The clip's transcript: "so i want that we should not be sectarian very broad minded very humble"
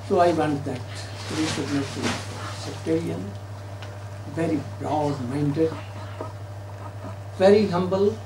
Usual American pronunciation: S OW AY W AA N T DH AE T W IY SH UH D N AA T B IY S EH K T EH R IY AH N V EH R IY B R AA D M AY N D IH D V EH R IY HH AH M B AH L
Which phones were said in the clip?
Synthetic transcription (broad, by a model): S OW AY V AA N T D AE T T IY S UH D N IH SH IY S EH K T EH R IY AH N V EH R IY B R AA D M AY N D IH D V EH R IY HH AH M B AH L